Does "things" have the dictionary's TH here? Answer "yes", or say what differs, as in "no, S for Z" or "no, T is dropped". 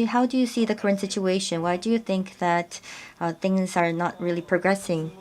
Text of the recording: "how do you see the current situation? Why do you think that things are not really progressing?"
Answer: yes